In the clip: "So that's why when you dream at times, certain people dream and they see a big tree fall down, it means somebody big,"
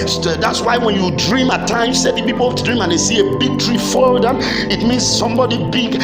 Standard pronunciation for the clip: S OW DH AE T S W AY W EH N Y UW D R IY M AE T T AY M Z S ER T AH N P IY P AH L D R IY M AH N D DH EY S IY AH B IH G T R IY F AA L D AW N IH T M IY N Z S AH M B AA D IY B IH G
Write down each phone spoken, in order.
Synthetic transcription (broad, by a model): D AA T S W AY W EH N Y UW D R IY M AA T T AY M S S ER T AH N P IY P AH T D R IY M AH N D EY S IY AH B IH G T R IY F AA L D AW IH T M IY N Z S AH M B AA D IY B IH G